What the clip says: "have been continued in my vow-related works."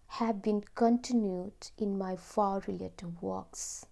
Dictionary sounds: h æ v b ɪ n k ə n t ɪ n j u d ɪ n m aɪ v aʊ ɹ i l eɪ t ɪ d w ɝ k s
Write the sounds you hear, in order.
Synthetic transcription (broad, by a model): h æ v b ɪ n k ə n t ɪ n j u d ɪ n m aɪ f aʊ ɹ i l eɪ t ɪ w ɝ k s